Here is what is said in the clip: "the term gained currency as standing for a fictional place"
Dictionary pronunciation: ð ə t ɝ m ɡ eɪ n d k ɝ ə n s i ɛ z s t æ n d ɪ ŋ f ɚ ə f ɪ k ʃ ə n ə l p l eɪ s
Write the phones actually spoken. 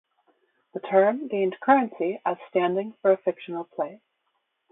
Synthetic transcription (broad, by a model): ð ə t ɝ m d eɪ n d k ɝ ə n s i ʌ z s t æ n d ɪ ŋ f ɚ ə f ɪ k ʃ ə n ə l p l eɪ